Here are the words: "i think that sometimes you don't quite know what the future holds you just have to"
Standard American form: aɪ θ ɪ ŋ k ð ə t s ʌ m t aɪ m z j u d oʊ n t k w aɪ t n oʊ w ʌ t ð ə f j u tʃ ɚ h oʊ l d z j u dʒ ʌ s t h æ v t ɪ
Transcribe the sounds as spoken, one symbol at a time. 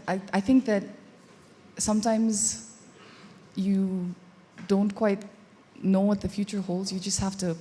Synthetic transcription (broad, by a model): aɪ θ ɪ ŋ k ð ə t s ʌ m t aɪ m z j u d oʊ n t k w aɪ t n oʊ w ʌ t ð ə f j u tʃ ɚ h oʊ l d z j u dʒ ʌ s t h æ f t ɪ